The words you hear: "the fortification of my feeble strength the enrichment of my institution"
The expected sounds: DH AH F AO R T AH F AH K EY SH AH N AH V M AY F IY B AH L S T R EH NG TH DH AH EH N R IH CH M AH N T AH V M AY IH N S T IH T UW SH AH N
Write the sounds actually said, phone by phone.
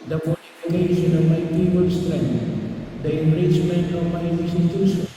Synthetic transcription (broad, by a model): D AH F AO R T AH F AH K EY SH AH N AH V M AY P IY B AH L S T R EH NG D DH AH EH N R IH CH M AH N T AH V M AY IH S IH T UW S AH